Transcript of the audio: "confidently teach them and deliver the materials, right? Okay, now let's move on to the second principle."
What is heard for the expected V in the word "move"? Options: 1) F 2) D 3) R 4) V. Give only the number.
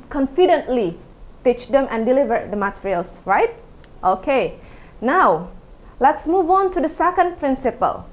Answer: 4